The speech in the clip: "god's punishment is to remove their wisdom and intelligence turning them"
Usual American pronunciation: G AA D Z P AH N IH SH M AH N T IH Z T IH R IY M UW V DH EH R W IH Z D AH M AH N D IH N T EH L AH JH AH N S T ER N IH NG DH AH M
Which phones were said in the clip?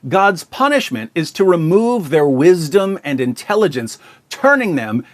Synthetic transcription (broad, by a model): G AA D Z P AH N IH SH M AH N T IH Z T IH R IY M UW V DH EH R W IH Z D AH M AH N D IH N T EH L AH JH AH N S T ER N IH NG DH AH M